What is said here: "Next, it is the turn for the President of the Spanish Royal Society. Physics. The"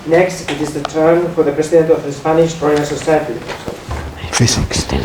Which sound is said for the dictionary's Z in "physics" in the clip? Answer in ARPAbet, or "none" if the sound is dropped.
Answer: S